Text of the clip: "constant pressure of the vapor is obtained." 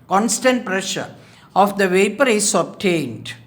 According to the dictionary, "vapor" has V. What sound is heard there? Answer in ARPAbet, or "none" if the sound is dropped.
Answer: V